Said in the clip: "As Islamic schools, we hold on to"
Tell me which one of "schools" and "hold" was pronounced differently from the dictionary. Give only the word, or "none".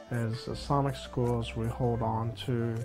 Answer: none